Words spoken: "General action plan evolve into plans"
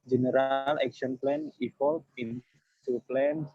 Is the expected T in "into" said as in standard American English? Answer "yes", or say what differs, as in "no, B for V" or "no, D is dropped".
no, S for T